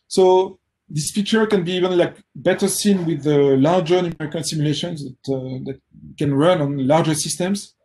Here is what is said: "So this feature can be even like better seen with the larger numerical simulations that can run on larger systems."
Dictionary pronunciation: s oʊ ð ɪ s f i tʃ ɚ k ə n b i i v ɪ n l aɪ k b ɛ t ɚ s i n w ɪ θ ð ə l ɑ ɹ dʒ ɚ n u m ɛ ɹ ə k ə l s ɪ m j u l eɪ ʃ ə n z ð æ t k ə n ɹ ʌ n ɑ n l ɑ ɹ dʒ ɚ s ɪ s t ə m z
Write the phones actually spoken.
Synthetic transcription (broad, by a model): s oʊ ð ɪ s f i tʃ ɚ k ə n b i i v ɪ n l aɪ k b ɛ t ɚ s i n w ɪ ð ə l ɑ ɹ dʒ ɚ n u m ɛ ɹ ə k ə n s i m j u l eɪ ʃ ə n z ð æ t k ə n ɹ ʌ n ɑ n l ɑ ɹ dʒ ɚ s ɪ s t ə m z